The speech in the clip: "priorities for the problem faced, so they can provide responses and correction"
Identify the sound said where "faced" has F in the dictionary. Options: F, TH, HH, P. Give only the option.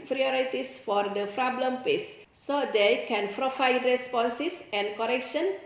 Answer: P